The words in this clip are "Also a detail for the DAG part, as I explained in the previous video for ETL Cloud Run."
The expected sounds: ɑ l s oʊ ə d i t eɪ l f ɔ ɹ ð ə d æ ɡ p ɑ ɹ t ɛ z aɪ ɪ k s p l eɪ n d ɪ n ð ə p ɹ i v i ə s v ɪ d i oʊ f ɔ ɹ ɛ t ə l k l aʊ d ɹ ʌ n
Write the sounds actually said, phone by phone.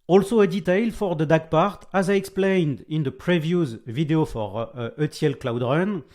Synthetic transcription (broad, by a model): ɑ l s oʊ ə d i t eɪ l f ɔ ɹ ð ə d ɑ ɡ p ɑ ɹ t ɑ z aɪ ɪ k s p l eɪ n d ɪ n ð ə p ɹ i v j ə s v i d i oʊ f ɔ ɹ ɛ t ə l k l aʊ d ɹ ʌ n